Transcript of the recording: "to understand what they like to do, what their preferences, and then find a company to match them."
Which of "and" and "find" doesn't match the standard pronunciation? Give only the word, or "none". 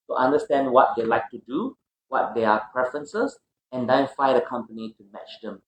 find